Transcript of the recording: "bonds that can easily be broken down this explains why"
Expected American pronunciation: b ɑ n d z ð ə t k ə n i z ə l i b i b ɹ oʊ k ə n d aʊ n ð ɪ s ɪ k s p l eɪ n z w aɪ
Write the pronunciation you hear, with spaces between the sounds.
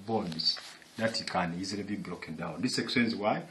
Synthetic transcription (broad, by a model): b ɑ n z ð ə t k ə n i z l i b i b l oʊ k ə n d aʊ n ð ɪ s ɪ k s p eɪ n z w aɪ